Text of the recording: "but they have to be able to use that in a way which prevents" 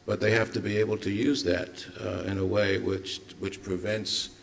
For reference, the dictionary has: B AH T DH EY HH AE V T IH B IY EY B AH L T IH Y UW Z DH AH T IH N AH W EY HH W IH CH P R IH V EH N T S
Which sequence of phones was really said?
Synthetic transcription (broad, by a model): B AH T DH EY HH AE F T IH B IY EY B L T IH Y UW Z DH AH T IH N AH W EY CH W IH CH P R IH V EH N T S